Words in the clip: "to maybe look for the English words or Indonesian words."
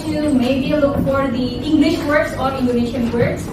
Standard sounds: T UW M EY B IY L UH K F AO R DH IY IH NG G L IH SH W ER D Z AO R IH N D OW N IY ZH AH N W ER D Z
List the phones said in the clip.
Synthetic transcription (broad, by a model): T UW M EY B IY L UH K F AO R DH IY IH NG G L IH SH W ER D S AO R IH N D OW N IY SH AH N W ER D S